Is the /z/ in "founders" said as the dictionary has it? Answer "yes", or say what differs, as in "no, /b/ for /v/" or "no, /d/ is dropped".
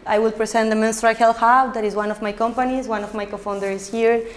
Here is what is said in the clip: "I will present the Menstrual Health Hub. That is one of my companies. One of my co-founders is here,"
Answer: no, /z/ is dropped